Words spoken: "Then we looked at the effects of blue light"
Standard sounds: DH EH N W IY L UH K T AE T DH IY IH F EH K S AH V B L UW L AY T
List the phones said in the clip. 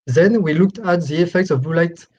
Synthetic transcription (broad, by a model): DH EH N W IY L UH K T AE T DH IY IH F EH K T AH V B UW L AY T